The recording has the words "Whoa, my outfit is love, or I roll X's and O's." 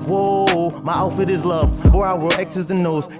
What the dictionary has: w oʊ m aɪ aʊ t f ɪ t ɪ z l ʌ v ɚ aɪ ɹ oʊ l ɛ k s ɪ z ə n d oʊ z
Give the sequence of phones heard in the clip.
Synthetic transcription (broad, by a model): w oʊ m aɪ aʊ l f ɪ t ɪ z l ʌ v ɚ aɪ w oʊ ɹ ɛ k s ɪ z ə n oʊ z